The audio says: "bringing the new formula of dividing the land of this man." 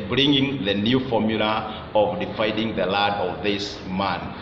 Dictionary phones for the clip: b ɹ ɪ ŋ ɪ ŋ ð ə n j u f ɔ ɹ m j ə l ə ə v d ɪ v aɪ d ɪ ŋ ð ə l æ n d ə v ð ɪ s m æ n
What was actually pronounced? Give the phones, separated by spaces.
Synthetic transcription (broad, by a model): b ɹ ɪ ŋ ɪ ŋ ð ə n j u f ɔ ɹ m j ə l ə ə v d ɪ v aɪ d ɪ ŋ ð ə l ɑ d ə v ð ɪ s m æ n